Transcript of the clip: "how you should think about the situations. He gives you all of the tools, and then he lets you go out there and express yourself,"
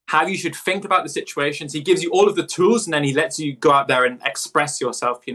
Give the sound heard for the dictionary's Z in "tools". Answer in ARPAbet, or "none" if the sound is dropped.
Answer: Z